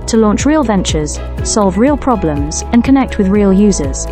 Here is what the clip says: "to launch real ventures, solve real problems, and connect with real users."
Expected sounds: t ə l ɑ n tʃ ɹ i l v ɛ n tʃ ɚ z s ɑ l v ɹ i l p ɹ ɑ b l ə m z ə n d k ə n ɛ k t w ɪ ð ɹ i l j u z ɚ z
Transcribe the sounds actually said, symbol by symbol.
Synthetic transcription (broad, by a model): t ə l ɑ n tʃ ɹ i l v ɛ n tʃ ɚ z s ɑ l v ɹ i l p ɹ ɑ b l ə m z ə n k ə n ɛ k t w ɪ ð ɹ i l j u z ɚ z